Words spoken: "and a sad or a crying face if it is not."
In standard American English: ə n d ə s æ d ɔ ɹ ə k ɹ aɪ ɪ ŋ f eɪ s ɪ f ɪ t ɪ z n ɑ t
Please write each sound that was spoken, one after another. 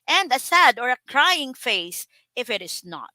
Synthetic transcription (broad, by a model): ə n d ə s æ d ɔ ɹ ə k ɹ aɪ ɪ ŋ f eɪ s ɪ f ɪ t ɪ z n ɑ t